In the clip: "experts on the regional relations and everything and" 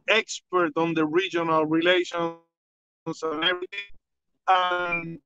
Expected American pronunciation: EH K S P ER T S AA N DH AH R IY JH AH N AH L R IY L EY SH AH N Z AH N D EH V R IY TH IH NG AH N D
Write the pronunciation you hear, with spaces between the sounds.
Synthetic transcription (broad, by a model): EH K S P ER T AA N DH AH R IY JH AH N AH L R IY L EY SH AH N S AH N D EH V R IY T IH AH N